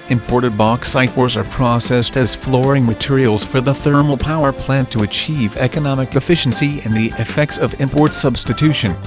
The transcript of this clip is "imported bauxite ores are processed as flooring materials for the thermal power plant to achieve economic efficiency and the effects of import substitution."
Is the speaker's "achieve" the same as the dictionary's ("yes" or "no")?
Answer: yes